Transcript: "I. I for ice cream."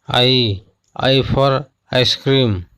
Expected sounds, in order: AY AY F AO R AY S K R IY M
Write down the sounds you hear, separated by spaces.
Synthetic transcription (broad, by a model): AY AY P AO R AY S K R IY M